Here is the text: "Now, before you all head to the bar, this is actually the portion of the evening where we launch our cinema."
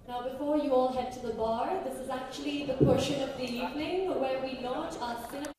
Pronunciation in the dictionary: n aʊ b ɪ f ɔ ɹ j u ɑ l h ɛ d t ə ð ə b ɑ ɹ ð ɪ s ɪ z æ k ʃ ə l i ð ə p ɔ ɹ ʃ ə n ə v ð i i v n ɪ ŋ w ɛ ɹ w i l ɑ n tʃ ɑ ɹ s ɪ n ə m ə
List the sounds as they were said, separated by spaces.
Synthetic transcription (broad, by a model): n aʊ b ɪ f ɔ ɹ j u ɑ l h ɛ d t ə ð ə b ɑ ɹ ð ɪ s ɪ z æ k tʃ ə l i ð ə p ɔ ɹ ʃ ə n ə v ð i i v n ɪ ŋ w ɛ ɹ w i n ɑ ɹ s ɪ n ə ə